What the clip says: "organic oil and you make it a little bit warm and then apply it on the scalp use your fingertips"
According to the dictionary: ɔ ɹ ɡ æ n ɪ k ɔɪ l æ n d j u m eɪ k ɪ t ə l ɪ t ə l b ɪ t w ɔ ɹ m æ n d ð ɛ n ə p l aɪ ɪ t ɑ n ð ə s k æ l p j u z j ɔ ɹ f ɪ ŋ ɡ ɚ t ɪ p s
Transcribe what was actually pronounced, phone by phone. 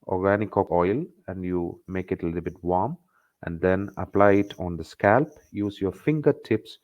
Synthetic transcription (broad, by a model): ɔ ɹ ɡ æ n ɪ k ɔɪ l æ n d j u m eɪ k ɪ t ə l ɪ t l b ɪ t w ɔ ɹ m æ n d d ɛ n ə p l aɪ ɪ t ɑ n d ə s k æ l p j u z j ɔ ɹ f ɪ ŋ ɡ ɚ t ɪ p s